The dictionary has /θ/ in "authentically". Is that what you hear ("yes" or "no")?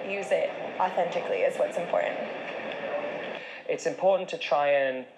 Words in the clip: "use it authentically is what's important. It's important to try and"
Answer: yes